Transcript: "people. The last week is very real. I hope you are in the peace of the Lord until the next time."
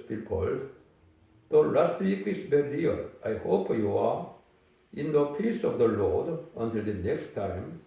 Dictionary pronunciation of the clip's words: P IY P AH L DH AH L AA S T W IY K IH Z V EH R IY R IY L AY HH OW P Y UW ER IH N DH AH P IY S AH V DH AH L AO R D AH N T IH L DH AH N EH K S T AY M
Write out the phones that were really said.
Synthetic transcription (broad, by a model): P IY P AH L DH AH L AA S T W IY K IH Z B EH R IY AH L AY HH OW P Y UW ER IH N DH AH P IY S AH V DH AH L AO R D AH N T IH L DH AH N EH K S T AY M